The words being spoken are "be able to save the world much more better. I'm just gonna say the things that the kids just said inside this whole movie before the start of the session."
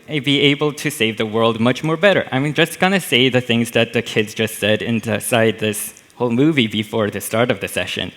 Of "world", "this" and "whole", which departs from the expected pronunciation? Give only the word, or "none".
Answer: none